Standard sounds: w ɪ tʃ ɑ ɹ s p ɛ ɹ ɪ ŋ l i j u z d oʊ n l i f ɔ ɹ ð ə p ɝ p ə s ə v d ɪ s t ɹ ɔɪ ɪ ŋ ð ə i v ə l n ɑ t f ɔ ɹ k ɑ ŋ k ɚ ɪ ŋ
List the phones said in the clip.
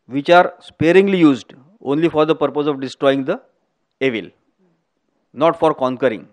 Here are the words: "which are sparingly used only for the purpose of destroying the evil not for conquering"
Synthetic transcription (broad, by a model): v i tʃ ɑ ɹ s p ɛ ɹ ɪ ŋ l i j u z d oʊ n l i f ɔ ɹ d ə p ɝ p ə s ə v d ɪ s t ɹ ɔɪ ɪ ŋ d ə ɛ v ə l n ɑ t f ɔ ɹ k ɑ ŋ k ɚ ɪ ŋ